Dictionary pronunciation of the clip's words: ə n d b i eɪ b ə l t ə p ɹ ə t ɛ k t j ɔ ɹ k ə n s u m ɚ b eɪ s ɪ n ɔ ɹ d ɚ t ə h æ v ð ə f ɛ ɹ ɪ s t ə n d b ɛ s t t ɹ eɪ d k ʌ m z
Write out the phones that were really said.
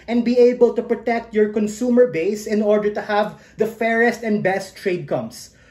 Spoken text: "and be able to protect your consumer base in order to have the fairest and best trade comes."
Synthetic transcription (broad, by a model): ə n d b i eɪ b ə l t ə p ɹ ə t ɛ k t j ɔ ɹ k ə n s u m ɚ b eɪ s ɪ n ɔ ɹ d ɚ t ə h æ v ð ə f ɛ ɹ ɪ s t ə n d b ɛ s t t ɹ eɪ d k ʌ m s